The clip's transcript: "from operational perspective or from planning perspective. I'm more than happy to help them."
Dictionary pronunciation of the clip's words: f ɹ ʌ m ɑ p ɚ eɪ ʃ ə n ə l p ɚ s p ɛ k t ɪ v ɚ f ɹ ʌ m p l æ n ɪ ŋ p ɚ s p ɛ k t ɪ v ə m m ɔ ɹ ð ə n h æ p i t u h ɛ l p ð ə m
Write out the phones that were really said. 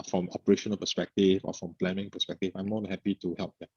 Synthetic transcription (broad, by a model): f ɹ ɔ m ɑ p ɚ eɪ ʃ ə n ə l p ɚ s p ɛ k t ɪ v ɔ f ɹ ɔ m p l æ n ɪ ŋ p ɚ s p ɛ k t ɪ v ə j m ɔ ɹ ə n h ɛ p i t u h ɛ l p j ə